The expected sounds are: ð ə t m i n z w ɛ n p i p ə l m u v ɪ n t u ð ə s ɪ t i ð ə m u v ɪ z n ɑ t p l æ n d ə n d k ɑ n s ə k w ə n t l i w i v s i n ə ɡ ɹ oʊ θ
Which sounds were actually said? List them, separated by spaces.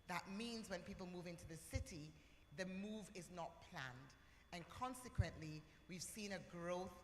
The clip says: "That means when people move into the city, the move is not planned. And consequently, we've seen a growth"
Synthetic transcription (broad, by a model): ð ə t m i n z w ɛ n p i p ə l m u v ɪ n t u ð ə s ɪ t i ð ə m u v ɪ z n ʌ t p l æ n d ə n k ɑ n s ə k w ə n t l i w i v s i n ə ɡ ɹ oʊ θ